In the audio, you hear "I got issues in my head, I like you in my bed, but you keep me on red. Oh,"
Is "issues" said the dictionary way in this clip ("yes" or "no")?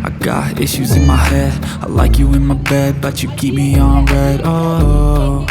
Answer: yes